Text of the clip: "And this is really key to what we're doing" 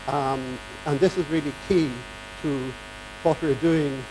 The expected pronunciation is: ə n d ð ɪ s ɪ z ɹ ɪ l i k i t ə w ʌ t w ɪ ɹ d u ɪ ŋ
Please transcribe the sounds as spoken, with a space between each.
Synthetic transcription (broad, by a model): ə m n ð ɪ s ɪ z ɹ ɪ l i k i t ə w ʌ t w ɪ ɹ d u ɪ ŋ